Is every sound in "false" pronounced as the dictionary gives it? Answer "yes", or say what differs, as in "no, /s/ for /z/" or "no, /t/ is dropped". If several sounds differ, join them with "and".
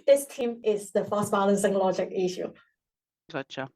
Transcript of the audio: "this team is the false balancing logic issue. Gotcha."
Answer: no, /l/ is dropped